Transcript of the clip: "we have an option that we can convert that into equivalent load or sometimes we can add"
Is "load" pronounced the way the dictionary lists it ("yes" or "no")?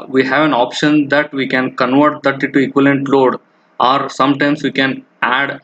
yes